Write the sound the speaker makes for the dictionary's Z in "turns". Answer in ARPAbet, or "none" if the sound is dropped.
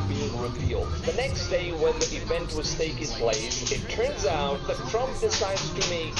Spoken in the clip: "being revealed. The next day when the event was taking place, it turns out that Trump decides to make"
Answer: Z